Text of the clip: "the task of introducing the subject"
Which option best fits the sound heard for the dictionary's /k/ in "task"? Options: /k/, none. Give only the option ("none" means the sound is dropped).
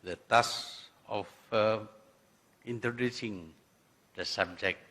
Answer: none